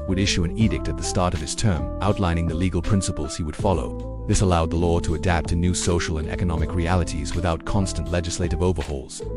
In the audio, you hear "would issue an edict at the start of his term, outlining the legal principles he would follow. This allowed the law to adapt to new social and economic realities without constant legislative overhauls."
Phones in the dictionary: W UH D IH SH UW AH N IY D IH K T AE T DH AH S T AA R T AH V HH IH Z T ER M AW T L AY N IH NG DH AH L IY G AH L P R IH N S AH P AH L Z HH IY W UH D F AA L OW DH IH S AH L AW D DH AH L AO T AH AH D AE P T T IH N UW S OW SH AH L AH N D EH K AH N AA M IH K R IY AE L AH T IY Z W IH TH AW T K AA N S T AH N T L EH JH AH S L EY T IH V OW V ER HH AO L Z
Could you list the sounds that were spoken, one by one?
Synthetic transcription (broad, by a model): W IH D IH SH UW AH N IY D IH K T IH T DH AH S T AA R T AH V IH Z T ER M AW T L AY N IH NG DH AH L IY G L P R IH N S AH P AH L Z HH IY W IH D F AA L OW DH IH S AH L AW D DH AH L AO T AH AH D AE P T T IH N UW S OW SH L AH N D EH K AH N AA M IH K R IY AE L AH T IY Z W IH TH AW T K AA N S T AH N T L EH JH AH S L EY T IH V OW V ER HH AO L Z